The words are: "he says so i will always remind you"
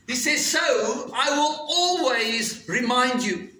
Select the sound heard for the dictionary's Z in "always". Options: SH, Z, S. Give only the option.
Z